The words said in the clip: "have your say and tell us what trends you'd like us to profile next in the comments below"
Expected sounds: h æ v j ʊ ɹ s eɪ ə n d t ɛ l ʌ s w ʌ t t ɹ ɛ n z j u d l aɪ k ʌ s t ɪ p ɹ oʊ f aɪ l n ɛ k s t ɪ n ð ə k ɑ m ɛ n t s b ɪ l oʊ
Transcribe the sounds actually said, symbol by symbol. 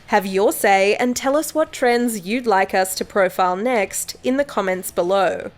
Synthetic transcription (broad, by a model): h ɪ v j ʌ ɹ s eɪ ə n t ɛ l ʌ s w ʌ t t ɹ ɛ n z j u d l aɪ k ʌ s t ɪ p ɹ oʊ f aɪ l n ɛ k s t ɪ n ð ə k ɑ m ɛ n t s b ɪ l oʊ